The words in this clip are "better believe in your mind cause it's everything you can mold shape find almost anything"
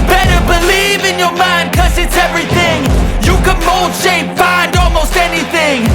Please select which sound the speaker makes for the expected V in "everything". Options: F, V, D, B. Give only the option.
V